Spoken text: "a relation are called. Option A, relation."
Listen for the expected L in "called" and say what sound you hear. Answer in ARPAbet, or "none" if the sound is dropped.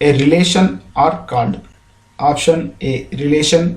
N